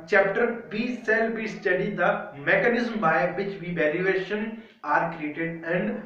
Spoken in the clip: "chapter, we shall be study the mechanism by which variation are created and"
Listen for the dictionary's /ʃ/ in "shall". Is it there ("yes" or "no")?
no